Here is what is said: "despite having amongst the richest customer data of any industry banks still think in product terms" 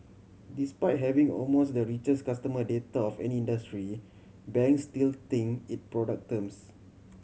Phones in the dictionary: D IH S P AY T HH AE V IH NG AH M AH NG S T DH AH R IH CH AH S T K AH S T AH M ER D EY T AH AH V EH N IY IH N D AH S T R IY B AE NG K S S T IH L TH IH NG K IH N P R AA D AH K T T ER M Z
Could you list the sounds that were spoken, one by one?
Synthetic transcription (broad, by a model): D IH S P AY T HH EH V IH NG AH M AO S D AH R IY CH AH S K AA S T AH M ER D EY T AH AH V EH N IY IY N D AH S T R IY B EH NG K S S T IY L T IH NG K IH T P R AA D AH K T T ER M S